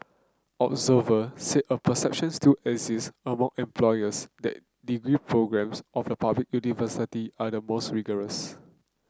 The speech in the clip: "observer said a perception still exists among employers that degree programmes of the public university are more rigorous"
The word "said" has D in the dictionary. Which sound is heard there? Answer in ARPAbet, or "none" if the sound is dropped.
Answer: none